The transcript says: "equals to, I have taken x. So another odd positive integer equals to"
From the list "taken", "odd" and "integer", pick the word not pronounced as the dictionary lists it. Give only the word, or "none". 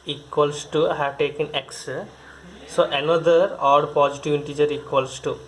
none